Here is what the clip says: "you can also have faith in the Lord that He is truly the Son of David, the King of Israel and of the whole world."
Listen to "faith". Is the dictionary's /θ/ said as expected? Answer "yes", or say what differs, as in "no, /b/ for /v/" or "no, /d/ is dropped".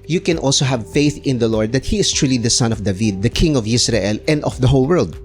yes